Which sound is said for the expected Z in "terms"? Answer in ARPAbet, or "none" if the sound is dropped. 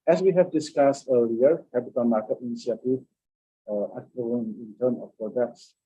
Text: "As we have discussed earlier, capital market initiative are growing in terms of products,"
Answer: none